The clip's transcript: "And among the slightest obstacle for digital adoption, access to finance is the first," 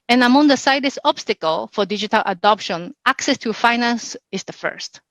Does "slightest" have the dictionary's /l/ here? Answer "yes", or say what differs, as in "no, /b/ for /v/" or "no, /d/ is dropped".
no, /l/ is dropped